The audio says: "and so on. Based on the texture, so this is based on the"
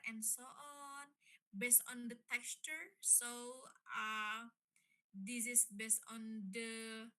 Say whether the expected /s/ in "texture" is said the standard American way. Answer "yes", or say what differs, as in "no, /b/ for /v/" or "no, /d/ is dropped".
yes